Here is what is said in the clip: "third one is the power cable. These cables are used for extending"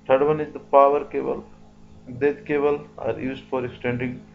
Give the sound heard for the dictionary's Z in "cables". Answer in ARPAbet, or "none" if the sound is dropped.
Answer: none